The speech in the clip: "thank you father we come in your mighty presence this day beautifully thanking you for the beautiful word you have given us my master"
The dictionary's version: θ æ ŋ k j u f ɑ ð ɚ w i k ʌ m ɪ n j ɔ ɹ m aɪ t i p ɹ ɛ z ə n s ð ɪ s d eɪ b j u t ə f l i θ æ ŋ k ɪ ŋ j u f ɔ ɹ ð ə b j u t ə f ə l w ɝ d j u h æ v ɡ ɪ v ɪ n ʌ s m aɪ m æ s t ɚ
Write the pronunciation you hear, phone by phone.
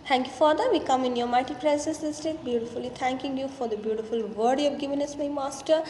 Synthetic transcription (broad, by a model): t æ ŋ k j u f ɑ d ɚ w i k ʌ m ɪ n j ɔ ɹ m aɪ t i p ɹ ɛ z ə n s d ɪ s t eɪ b j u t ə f l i t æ ŋ k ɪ ŋ j u f ɔ ɹ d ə b j u t ə f ə l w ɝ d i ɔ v ɡ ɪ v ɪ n ʌ s m aɪ m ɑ s t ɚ